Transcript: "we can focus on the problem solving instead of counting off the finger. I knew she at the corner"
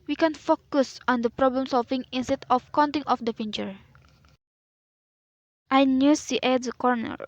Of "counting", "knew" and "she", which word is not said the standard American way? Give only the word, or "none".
she